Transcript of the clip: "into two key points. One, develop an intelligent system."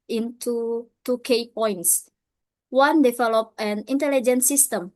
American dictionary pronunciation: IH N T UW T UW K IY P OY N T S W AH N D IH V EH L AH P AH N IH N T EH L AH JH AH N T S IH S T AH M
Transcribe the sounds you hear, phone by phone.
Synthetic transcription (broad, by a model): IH N T UW T UW K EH P OY N T S W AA N D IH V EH L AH P AH N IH N T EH L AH JH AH N S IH S T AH M